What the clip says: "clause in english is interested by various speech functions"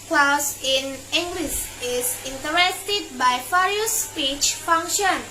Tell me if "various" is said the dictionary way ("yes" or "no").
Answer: no